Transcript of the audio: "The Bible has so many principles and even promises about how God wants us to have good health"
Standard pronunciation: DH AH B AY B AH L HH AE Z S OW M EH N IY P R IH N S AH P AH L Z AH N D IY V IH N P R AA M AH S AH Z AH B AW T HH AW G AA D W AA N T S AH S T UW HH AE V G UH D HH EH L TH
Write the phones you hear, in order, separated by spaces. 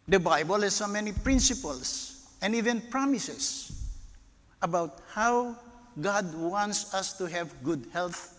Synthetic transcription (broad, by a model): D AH B AY B AH L HH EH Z S OW M EH N IY P R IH N S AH P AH L S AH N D IY V IH N P R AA M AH S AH S AH B AW T HH AW G AA D W AA N T S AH S T UW HH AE V G UH D HH EH L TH